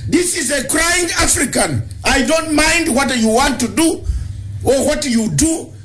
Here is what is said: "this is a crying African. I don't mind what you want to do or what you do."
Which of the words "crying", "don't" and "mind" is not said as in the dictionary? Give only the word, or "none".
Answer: none